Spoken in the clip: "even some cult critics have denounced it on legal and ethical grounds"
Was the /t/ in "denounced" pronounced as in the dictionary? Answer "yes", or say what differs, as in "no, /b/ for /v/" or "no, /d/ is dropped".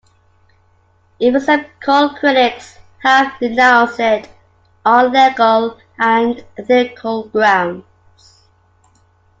no, /t/ is dropped